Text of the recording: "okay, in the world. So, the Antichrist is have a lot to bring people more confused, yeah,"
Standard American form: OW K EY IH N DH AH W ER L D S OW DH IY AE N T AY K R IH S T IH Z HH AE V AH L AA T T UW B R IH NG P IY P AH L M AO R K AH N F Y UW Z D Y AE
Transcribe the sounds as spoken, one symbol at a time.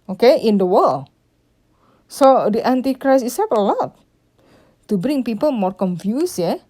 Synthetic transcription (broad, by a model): OW K EY IH N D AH W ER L S OW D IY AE N T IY K R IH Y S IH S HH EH P AH L AA T T UW B R IH NG P IY P AH L M AO R K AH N F Y UW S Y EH